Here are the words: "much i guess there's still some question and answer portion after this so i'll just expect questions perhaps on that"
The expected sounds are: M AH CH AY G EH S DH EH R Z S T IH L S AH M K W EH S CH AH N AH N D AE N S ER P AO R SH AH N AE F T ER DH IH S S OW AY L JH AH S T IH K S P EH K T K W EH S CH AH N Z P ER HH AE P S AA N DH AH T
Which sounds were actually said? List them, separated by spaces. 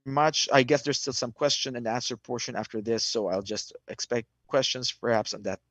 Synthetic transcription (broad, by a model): M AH CH AY G EH S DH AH R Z S T IH L S AH M K W EH S CH AH N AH N AE N S ER P AO R SH AH N AE F T ER DH IH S S OW AY L JH AH S T IH K S P EH K T K W EH S CH AH N Z P ER HH AE P S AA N DH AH T